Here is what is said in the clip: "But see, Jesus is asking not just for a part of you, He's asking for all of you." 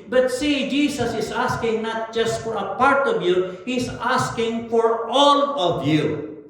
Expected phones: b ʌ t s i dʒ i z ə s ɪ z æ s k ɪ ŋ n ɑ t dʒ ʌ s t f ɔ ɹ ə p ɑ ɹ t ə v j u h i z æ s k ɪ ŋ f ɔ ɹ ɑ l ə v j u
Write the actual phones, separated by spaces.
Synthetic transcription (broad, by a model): b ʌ t s i dʒ i s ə s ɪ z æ s k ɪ ŋ n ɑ t dʒ ʌ s t f ɔ ɹ ə p ɑ ɹ t ə v j u h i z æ s k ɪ ŋ f ɔ ɹ ɑ l ə v j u